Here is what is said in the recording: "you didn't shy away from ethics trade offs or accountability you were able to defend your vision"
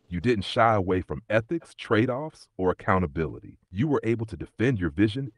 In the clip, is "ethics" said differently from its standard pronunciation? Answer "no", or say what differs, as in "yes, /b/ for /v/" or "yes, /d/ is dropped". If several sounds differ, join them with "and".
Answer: no